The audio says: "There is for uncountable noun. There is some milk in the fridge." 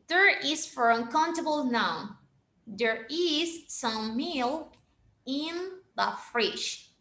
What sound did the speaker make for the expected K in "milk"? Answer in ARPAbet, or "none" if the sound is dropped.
none